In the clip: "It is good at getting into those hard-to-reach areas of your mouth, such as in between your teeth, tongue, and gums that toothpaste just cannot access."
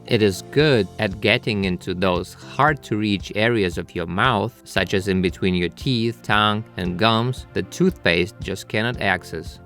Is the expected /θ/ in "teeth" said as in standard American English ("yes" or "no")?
yes